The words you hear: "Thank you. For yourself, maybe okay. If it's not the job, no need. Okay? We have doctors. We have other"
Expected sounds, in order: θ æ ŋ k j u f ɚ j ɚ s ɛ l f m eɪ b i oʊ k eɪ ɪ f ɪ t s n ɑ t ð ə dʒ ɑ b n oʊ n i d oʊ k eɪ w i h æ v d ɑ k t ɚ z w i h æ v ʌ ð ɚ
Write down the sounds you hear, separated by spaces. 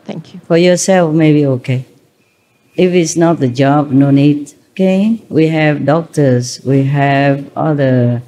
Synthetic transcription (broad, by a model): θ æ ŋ k j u f ɚ j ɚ s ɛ l f m eɪ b i oʊ k eɪ ɪ f ɪ t s n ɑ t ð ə dʒ ɑ b n oʊ n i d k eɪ w i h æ v d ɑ k t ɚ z w i h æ v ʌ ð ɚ